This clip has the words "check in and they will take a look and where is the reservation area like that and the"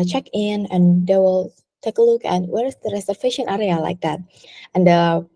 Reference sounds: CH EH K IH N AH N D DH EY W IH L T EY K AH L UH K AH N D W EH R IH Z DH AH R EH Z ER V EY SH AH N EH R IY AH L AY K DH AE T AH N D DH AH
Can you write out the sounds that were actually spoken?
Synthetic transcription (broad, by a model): CH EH K IH N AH N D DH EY W IH L T EY K AH L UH K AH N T W EH R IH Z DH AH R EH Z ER F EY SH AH N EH R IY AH L AY K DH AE T AH N D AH